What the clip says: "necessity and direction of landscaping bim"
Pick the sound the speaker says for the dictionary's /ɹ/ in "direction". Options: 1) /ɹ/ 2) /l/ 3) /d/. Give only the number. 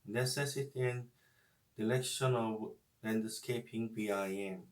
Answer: 2